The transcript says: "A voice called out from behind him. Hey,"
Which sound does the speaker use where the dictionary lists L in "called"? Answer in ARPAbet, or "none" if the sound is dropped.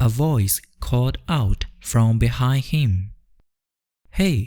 none